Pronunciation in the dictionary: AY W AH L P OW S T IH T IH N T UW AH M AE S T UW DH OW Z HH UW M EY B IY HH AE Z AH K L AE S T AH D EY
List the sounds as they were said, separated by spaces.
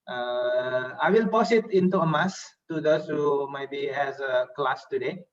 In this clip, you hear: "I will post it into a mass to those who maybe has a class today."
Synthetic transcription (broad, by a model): AY W AH L P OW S IH T IH N T UW AH M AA S T UW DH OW S HH UW M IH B IY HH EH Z AH K L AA S T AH D EY